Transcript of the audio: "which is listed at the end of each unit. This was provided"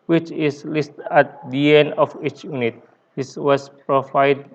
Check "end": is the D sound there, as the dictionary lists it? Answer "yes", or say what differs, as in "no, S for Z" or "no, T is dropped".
no, D is dropped